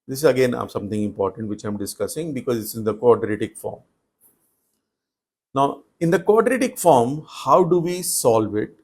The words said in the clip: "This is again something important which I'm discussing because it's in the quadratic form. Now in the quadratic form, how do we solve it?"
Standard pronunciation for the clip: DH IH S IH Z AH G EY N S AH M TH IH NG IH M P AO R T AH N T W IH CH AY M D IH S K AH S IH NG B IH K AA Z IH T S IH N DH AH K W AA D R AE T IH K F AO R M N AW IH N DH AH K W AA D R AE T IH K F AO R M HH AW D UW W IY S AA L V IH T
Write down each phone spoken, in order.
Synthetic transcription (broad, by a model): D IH S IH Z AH G EY N S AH M T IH NG IH M P AO R T AH N T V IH CH AY M D IH S K AH S IH NG B IH K AA Z IH T S IH N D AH K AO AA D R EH T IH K F AO R M N AW IH N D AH K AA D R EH T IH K F AO R M HH AW D UW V IY S AA L V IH T